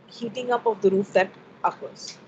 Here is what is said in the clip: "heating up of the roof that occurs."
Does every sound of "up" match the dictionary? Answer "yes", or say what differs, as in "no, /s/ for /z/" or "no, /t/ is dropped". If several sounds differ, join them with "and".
yes